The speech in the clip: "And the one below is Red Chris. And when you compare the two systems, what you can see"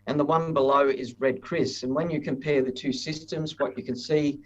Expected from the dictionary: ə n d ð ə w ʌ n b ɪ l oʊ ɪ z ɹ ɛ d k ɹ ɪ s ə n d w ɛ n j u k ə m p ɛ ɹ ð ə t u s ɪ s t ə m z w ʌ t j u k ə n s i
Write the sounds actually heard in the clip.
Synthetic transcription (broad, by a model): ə n ð ə w ʌ n b ɪ l oʊ ɪ z ɹ ɛ d k ɹ ɪ s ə n w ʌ n j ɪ k ə m p ɛ ɹ ð ə t u s ɪ s t ə m z w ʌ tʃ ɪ k ə n s i